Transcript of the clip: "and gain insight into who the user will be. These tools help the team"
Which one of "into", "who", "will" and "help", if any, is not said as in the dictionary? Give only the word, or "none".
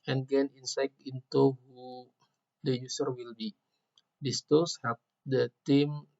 help